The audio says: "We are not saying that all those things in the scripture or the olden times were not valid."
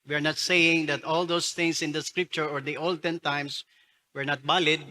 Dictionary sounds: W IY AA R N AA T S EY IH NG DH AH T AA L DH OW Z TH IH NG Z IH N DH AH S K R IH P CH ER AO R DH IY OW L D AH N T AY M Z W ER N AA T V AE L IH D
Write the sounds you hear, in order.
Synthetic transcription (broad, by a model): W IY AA R N AA T S EY IH NG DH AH T AA L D OW S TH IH NG S IH N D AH S K R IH P CH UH AO R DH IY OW L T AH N T AY M S W ER N AA T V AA L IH D